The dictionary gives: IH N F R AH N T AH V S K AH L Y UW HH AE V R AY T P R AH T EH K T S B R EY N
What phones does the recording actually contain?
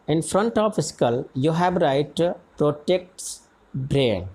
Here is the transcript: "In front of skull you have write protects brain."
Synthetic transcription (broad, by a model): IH N F R AH N T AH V S K AH L Y UW HH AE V R AY T P R AH T EH K T S B R EY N